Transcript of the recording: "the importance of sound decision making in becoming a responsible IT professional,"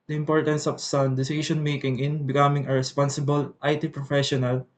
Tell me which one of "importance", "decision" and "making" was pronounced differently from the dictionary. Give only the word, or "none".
decision